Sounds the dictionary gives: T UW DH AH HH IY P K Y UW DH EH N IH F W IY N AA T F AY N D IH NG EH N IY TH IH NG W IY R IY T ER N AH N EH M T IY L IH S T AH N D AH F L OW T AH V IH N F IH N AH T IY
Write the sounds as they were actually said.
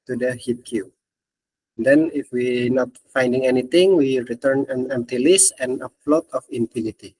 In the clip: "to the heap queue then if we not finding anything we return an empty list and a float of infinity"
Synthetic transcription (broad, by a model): T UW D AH HH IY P K Y UW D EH N IH F W IY N AA T F AY N D IH NG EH N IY T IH NG W IY R IY T ER N AH N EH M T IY L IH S AH N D AH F L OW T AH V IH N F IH N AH T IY